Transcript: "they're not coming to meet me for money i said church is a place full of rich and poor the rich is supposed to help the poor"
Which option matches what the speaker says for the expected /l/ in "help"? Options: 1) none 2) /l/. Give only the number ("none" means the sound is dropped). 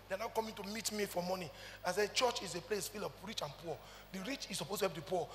1